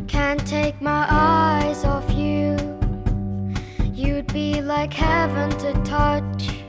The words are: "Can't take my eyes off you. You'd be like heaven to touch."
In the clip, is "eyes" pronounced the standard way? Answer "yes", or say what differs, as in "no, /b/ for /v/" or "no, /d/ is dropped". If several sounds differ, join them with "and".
yes